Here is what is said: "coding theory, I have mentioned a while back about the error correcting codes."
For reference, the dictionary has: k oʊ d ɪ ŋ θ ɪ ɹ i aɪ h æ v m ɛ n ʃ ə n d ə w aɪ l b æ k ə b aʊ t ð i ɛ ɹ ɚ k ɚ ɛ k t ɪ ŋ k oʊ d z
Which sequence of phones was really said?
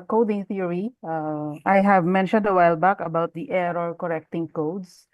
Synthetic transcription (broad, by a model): k oʊ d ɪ ŋ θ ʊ ɹ i aɪ h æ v m ɛ n ʃ ə n d ə w aɪ l b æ k ə b aʊ t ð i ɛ ɹ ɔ k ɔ ɛ k t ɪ ŋ k oʊ d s